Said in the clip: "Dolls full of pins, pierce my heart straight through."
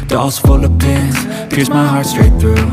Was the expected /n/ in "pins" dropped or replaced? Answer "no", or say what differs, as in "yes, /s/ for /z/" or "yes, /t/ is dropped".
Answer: yes, /n/ is dropped